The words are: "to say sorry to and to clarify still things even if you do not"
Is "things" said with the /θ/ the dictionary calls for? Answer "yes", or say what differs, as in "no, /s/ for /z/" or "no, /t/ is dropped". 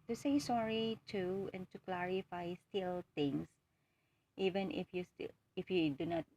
no, /t/ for /θ/